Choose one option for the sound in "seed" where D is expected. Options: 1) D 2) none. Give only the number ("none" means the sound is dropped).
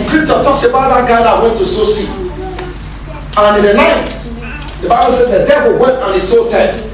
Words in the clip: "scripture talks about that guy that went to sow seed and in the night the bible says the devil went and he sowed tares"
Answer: 2